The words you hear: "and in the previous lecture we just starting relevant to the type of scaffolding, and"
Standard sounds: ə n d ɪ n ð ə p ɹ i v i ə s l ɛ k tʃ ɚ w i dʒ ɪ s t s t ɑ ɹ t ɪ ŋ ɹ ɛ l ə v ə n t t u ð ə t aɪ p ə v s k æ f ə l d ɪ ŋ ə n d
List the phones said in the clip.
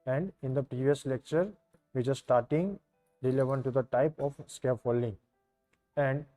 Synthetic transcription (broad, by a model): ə n d ɪ n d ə p ɹ i v i ə s l ɛ k tʃ ɚ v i tʃ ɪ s s t ɑ ɹ t ɪ ŋ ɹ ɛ l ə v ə n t t u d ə t aɪ p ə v s k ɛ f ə l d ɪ ŋ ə n d